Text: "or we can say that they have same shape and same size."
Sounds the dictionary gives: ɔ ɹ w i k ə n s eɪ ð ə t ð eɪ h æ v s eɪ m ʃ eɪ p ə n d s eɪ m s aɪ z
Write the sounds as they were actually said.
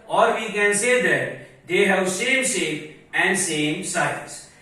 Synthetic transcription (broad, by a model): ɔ ɹ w i k ə n s eɪ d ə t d eɪ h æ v s eɪ m s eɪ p ə n d s eɪ m s aɪ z